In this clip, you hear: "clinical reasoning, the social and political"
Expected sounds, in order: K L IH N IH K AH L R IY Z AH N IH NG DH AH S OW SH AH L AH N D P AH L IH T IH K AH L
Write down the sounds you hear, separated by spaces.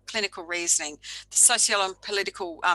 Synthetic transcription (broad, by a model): K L IH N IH K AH L R IY Z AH N IH NG DH AH S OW S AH L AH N P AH L IH T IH K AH L